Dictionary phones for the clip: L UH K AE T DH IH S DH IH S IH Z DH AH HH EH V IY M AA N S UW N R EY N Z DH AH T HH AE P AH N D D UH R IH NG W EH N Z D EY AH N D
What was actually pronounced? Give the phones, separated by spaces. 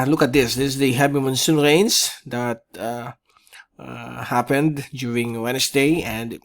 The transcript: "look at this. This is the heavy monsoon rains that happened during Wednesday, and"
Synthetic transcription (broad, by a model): L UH K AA T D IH S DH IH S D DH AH HH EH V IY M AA N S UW N R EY N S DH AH T HH AE P AH N D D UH R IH NG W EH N S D EY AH N D